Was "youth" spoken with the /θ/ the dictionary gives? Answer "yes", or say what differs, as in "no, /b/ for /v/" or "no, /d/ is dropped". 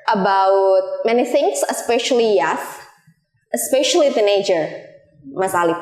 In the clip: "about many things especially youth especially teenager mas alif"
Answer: no, /s/ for /θ/